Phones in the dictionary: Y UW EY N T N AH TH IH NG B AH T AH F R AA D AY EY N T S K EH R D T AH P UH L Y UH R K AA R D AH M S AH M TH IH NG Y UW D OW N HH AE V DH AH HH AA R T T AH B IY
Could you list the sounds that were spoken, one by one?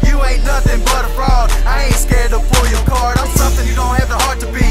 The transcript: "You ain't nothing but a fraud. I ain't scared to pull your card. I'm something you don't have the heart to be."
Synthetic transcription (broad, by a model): Y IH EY T N AH TH IH NG B AH T AH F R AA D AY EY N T S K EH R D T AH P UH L Y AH R K AA R D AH S AH M TH IH NG Y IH D OW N HH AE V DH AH HH AA R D T AH B IY